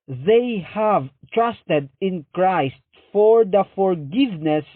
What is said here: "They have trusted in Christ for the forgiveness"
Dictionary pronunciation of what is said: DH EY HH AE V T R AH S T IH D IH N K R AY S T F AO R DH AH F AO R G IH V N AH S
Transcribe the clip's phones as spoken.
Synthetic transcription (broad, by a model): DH EY HH AE V T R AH S T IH D IH N K R AY S T F AO R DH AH F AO R G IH V N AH S